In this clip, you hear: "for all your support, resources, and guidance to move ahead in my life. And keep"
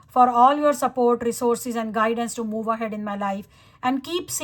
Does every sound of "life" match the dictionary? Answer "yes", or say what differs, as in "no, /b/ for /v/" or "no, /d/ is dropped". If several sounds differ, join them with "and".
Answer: yes